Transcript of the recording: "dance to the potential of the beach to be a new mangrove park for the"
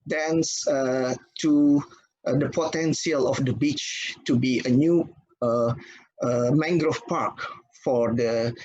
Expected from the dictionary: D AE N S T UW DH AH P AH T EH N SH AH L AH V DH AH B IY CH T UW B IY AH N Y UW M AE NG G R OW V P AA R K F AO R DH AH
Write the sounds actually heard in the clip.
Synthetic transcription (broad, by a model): D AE N S T UW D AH P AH T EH N S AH L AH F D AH B IY CH T UW B IY AH N Y UW M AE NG G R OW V P AA R K F AO R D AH